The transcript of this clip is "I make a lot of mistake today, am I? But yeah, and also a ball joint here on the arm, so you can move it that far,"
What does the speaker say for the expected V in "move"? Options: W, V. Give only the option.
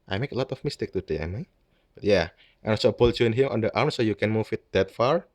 W